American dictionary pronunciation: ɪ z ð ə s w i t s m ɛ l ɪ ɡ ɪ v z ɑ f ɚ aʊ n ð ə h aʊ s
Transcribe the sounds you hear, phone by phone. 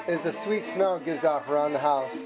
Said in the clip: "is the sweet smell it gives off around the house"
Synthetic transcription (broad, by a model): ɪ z ð ə s w i t s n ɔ ɪ ɡ ɪ v z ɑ p ɚ aʊ n ð ə h aʊ s